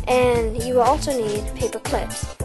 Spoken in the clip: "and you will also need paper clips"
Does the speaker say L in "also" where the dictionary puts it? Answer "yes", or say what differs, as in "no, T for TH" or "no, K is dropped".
yes